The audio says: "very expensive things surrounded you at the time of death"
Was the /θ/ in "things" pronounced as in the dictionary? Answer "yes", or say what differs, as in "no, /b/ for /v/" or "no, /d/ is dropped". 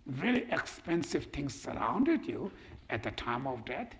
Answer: no, /t/ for /θ/